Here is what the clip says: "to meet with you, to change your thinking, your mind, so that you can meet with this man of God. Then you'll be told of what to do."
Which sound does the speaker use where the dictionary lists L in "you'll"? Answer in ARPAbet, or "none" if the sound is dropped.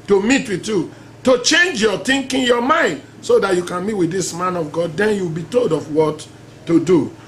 W